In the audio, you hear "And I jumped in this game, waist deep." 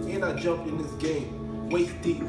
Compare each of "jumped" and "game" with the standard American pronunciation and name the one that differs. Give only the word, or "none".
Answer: jumped